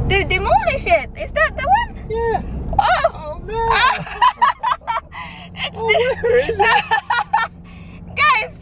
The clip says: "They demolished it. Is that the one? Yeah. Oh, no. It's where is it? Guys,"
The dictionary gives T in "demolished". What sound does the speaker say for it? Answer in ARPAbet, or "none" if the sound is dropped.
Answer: none